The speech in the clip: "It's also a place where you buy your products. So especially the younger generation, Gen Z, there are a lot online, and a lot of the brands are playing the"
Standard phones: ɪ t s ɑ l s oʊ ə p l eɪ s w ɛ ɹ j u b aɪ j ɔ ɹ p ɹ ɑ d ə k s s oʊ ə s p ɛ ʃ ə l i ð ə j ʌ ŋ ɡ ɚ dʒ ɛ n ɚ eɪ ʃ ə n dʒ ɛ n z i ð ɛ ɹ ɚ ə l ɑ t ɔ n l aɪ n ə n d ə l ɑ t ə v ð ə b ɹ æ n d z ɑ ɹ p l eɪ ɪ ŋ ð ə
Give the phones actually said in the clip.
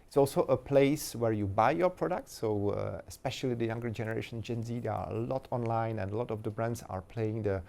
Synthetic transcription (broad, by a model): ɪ t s ɑ l s oʊ ə p l eɪ s w ɛ ɹ j u b aɪ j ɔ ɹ p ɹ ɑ d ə k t s oʊ ə s p ɛ ʃ ə l i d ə j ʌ ŋ ɡ ɚ dʒ ɛ n ɚ eɪ ʃ ə n dʒ ɛ n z i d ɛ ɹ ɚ ə l ɑ t ɔ n l aɪ n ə n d ə l ɑ t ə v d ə b ɹ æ n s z ɑ ɹ p l eɪ ɪ ŋ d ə